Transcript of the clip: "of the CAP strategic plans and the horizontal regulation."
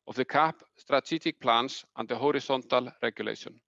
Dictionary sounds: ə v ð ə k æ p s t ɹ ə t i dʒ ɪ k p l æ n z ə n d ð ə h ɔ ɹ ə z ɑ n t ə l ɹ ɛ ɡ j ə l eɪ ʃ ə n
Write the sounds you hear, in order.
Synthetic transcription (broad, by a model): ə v ð ə k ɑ p s t ɹ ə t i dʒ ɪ k p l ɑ n s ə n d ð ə h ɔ ɹ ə s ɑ n t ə l ɹ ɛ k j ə l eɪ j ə n